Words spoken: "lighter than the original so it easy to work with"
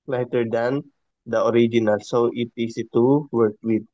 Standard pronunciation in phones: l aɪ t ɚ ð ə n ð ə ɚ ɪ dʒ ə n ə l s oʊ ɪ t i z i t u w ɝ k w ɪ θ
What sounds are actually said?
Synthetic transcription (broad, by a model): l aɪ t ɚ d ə n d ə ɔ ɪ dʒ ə n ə l s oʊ ɪ t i s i t u w ɝ k w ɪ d